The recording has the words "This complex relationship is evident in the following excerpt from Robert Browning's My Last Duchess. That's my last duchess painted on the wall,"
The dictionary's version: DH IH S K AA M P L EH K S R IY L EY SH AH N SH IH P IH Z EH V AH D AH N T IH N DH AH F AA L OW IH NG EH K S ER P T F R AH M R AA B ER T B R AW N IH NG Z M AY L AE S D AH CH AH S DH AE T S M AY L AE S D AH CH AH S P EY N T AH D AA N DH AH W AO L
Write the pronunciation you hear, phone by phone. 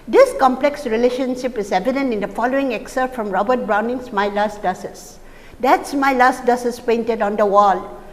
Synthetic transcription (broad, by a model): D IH S K AA M P L EH K S R IY L EY SH AH N SH IH P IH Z EH V AH D AH N T IH N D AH F AA L OW IH NG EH K S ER T F R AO M R AA B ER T B R AW N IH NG S M AY L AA S D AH S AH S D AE T S M AY L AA S D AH S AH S P EY N T AH D AA N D AH W AO L